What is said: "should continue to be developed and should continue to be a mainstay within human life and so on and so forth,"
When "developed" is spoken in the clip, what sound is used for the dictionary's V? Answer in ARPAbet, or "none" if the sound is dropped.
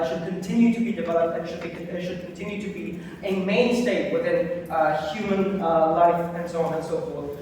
V